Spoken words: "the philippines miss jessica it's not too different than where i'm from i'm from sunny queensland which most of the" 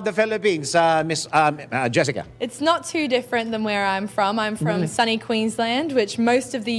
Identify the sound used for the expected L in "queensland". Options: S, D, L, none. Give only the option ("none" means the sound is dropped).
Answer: L